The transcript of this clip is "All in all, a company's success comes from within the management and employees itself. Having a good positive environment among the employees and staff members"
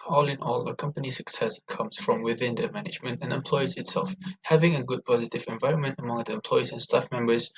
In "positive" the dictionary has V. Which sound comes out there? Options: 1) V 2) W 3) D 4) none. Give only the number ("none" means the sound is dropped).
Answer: 1